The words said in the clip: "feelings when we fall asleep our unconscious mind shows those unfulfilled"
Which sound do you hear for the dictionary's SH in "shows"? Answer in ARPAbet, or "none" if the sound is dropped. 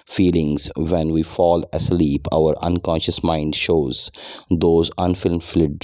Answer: SH